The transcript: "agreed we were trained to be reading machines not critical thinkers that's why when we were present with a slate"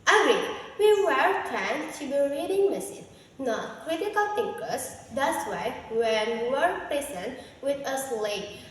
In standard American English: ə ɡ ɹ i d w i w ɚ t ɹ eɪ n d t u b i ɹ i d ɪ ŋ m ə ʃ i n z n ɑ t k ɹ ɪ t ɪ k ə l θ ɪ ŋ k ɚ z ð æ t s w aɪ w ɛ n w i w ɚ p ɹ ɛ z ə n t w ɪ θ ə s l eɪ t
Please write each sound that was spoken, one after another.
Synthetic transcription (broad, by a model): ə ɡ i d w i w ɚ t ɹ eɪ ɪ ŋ t u b i ɹ i d ɪ ŋ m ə s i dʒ n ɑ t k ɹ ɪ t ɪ k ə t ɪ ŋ k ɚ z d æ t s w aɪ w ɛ n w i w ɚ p ɹ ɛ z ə n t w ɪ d ə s l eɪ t